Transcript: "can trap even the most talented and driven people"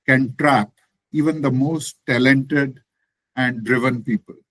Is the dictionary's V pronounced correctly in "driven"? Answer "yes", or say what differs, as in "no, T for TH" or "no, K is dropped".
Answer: yes